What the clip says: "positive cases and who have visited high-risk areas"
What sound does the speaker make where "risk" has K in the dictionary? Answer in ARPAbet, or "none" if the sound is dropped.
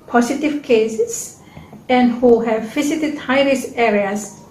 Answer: none